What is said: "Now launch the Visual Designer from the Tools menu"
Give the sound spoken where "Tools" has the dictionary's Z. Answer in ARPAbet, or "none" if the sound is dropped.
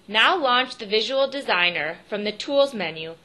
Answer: Z